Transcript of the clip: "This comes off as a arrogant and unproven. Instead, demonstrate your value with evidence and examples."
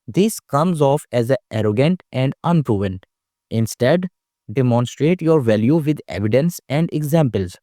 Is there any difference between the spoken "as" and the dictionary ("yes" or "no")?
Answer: no